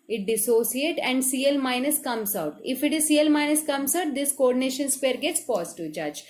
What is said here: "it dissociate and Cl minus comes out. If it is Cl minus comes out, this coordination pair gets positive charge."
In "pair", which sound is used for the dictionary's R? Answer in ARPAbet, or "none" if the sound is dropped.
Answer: R